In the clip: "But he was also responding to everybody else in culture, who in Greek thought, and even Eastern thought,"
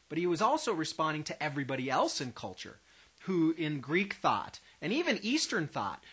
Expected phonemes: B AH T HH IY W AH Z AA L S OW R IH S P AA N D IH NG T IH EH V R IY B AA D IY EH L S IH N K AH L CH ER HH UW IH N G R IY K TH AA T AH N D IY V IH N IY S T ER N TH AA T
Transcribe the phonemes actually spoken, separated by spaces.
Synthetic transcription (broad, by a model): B AH T HH IY W AH Z AA L S OW R IH S P AA N D IH NG T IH EH V R IY B AA D IY EH L S IH N K AH L CH ER HH UW IH N G R IY K TH AA T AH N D IY V IH N IY S T ER N TH AA T